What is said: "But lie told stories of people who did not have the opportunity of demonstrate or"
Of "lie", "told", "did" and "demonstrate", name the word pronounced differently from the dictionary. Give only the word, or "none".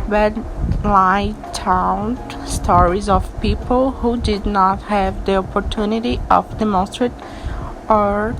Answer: told